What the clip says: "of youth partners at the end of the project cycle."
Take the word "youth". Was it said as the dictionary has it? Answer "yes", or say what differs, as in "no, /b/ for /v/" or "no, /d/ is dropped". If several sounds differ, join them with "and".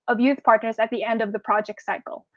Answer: yes